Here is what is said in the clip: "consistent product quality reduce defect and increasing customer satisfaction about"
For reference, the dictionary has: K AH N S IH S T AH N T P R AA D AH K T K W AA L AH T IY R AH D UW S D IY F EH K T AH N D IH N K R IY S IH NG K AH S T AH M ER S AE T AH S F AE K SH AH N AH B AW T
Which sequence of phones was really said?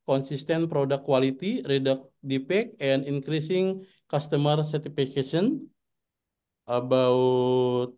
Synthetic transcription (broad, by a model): K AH N S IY S T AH N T P R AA D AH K K W AA L AH T IY R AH D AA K D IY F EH K AH N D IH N K R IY S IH NG K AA S T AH M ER S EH T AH F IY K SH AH N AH B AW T